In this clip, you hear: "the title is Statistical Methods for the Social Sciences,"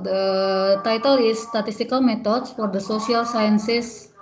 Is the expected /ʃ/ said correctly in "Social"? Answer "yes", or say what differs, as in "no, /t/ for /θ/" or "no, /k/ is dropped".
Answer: no, /s/ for /ʃ/